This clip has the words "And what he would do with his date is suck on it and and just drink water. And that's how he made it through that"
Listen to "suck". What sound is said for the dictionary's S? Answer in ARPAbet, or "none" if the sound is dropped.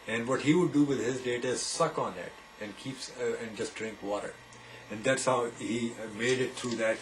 S